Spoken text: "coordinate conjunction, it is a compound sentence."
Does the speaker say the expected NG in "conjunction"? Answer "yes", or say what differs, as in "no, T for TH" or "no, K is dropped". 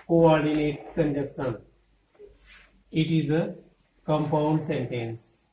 no, NG is dropped